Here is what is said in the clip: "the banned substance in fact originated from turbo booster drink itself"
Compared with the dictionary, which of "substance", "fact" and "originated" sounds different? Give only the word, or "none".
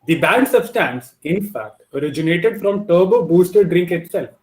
substance